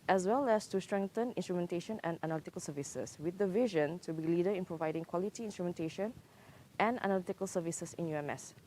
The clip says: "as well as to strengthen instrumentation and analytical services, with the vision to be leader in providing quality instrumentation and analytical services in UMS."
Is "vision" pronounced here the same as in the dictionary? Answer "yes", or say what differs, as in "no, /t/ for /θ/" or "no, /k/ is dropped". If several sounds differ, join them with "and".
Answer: yes